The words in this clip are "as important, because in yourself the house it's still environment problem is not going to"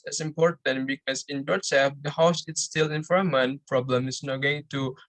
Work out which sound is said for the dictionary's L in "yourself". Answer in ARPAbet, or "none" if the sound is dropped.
none